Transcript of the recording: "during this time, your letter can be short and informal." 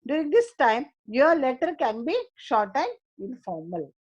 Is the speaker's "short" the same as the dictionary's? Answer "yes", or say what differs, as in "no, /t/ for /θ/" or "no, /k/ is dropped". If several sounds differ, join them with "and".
yes